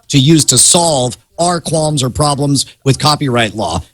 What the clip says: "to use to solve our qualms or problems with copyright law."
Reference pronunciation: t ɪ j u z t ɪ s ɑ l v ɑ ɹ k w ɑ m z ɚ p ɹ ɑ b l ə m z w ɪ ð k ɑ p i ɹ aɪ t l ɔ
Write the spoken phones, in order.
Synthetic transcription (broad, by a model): t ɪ j u z t ɪ s ɑ l v ɑ ɹ k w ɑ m z ɚ p ɹ ɑ b l ə m z w ɪ ð k ɑ p i ɹ aɪ t l ɔ